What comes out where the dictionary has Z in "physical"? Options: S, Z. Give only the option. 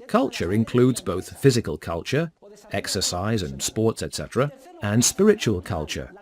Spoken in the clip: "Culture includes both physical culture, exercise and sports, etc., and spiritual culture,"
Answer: Z